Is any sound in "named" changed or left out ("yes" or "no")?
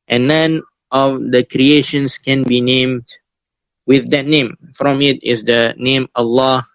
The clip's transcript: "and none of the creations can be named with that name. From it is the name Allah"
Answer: no